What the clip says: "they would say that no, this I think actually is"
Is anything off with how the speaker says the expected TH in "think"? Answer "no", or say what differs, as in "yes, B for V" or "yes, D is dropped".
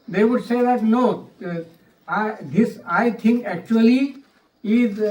yes, T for TH